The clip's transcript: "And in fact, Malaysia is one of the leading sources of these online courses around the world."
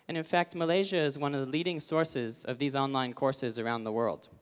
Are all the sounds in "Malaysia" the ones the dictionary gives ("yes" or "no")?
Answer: yes